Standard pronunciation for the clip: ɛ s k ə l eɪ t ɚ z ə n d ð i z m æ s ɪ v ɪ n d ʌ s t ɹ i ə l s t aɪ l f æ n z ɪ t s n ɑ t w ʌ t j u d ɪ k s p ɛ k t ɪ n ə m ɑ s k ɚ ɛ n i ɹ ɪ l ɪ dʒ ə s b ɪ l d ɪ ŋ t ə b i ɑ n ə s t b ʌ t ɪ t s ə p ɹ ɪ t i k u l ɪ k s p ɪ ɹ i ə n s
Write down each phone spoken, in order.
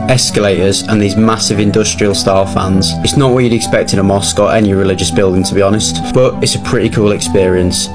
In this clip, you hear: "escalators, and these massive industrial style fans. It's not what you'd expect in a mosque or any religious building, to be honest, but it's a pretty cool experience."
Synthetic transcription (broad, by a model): ɛ s k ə l eɪ t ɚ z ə n ð i z m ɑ s ɪ v ɪ n d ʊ s t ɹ i ə l s t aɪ l f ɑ n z ɪ t s n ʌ t w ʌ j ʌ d ɪ k s p ɛ k t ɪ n ə m ɑ s k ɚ ɛ n i ɹ ɪ l ɪ dʒ ə s b ɪ l d ɪ ŋ t ə b i ɑ n ə s t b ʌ t ɪ t s ə p ɹ ɪ t i k u l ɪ k s p ɪ ɹ i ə n s